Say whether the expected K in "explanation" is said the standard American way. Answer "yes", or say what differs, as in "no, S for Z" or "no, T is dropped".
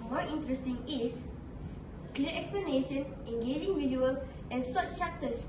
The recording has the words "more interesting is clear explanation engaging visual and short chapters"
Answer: yes